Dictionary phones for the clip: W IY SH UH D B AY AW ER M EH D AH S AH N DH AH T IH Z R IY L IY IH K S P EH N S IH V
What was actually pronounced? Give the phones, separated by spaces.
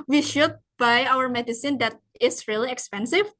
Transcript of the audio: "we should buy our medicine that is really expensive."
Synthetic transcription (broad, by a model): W IY SH UH D B AY AW ER M EH D AH S AH N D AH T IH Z R IY L IY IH K S P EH N S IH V